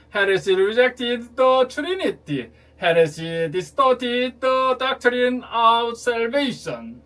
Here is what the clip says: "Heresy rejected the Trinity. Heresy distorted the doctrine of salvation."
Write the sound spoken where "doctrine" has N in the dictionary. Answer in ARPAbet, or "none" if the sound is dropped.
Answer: N